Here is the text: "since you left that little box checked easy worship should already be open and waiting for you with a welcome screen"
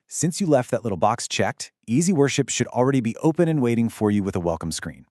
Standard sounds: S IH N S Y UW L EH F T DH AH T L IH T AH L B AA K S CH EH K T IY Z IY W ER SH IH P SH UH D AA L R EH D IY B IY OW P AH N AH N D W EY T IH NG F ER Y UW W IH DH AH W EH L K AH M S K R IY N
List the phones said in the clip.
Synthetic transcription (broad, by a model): S IH N S Y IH L EH F T DH AH T L IH T L B AA K S CH EH K T IY Z IY W ER SH IH P SH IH D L R EH D IY B IY OW P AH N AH N W EY T IH NG F ER Y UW W IH DH AH W EH L K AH M S K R IY N